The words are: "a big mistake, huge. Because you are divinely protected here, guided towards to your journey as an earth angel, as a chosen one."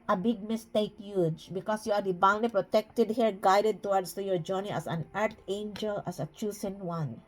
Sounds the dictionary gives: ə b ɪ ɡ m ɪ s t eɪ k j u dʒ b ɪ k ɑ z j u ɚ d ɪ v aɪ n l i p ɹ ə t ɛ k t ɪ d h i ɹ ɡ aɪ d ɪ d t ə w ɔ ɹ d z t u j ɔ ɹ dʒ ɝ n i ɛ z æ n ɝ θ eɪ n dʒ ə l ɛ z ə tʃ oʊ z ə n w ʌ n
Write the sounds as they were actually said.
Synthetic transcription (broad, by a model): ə b ɪ ɡ m ɪ s t eɪ k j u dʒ b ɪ k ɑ s j u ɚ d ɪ b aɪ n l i p ɹ ə t ɛ k t ɪ d h i ɹ ɡ aɪ d ɪ d t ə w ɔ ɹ d s t u j ɔ ɹ dʒ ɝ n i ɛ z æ n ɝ t eɪ n dʒ ə l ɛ s ə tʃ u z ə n w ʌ n